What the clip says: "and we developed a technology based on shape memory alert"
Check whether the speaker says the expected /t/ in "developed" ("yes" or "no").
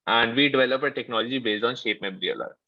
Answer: no